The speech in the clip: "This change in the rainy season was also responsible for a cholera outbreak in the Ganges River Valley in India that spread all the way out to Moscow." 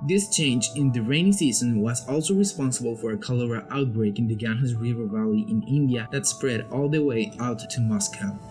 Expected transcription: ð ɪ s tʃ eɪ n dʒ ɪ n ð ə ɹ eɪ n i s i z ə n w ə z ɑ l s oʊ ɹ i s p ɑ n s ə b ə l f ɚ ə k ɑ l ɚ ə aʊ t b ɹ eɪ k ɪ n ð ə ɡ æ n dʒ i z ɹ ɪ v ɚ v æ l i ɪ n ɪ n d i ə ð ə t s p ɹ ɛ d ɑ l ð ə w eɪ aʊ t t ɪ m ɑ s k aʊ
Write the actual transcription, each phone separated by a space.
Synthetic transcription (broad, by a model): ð ɪ s tʃ eɪ n dʒ ɪ n ð ə ɹ eɪ n i s i z ə n w ə z ɑ l s oʊ ɹ i s p ɑ n s ə b ə l f ɚ ə k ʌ l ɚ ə aʊ t b ɹ eɪ k ɪ n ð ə ɡ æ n i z ɹ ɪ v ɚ v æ l i ɪ n ɪ n d i ə ð ə t s p ɹ ɛ d ɑ l ð ə w eɪ aʊ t t ɪ m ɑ s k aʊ